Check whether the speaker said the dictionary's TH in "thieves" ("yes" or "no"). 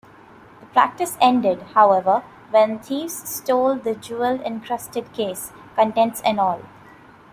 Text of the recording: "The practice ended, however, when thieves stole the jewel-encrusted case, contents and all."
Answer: no